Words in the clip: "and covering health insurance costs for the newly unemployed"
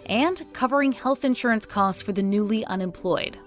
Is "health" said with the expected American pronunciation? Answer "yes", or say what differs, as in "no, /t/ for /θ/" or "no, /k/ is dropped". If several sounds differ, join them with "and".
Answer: yes